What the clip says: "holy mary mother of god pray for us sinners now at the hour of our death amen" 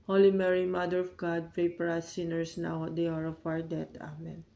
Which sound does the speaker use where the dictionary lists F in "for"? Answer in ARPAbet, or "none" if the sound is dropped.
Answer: P